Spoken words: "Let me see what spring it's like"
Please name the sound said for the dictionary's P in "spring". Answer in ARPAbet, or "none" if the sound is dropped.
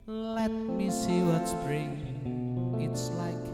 B